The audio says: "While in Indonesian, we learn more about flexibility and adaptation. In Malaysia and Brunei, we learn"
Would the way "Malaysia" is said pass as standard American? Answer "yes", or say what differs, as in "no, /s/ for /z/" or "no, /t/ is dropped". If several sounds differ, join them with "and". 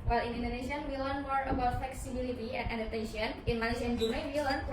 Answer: no, /n/ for /l/